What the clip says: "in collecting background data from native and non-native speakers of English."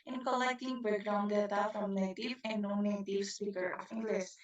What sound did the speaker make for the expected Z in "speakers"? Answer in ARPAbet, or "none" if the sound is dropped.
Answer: none